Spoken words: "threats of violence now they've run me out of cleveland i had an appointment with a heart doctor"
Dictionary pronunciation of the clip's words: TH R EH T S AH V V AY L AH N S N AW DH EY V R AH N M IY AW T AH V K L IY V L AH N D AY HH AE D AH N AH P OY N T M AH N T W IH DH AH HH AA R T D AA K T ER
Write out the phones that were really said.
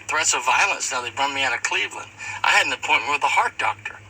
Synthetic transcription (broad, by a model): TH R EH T S AH V V AY L AH N S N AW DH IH B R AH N M IY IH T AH K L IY V L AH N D AY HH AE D N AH P OY N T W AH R DH AH HH AA R T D AA K T ER